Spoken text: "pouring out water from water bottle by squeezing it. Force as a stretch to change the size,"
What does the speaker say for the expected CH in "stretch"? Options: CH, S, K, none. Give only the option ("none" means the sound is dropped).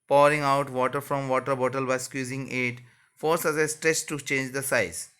S